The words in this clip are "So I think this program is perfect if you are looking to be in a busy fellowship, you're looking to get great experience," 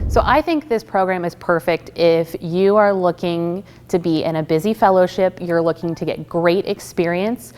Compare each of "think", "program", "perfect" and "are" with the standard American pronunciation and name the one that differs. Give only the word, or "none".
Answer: none